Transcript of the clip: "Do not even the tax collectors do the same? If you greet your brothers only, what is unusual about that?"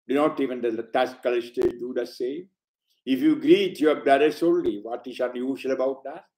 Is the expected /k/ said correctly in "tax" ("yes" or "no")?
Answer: no